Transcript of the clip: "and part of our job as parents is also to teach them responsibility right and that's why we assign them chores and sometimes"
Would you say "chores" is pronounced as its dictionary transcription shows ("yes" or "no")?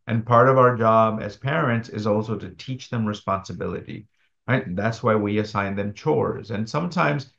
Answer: yes